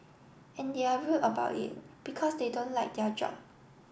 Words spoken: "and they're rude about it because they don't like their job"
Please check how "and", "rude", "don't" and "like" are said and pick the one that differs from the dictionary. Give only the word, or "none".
rude